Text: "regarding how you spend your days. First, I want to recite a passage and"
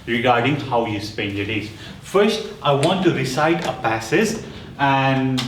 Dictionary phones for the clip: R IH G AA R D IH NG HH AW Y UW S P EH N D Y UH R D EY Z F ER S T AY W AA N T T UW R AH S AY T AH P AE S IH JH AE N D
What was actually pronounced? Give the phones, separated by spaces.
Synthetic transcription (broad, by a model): R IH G AA R D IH NG HH AW Y UW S P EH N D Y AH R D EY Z F ER S T AY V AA N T T UW R AH S AY T AH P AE S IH Z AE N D